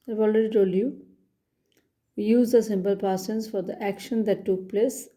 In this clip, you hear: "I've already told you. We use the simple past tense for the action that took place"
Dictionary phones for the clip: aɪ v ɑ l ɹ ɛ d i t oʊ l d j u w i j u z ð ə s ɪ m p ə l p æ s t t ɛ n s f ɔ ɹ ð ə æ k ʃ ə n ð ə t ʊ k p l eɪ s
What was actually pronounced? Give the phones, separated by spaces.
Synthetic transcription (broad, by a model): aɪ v ɑ l ɹ ɛ d i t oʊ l j u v i j u z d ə s ɪ m p ə l p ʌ t s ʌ n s f ɔ ɹ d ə æ k ʃ ə n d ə t ʊ k p l eɪ s